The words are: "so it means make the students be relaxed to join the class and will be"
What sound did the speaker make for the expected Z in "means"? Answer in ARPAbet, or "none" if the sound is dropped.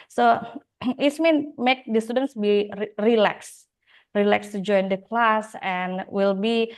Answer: none